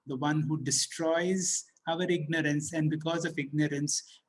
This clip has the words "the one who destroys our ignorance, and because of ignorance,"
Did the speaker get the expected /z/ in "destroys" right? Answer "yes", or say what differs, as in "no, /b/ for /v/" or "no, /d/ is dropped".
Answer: yes